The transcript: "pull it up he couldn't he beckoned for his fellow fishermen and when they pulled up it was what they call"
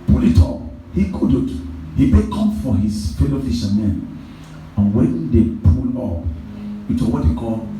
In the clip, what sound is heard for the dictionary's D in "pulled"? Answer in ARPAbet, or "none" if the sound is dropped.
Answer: none